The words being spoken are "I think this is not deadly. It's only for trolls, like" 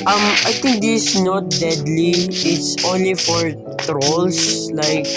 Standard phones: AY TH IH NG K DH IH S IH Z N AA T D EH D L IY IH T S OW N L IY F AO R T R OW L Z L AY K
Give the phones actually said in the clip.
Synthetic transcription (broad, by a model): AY T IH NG K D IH S N AA T D EH D L IY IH T S OW N L IY F AO R T R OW L S L AY K